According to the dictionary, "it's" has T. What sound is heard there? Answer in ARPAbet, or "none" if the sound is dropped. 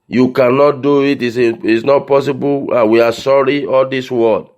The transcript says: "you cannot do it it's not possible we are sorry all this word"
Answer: S